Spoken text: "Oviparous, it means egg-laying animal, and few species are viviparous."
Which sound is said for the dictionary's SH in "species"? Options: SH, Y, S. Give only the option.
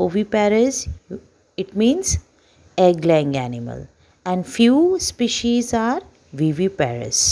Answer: SH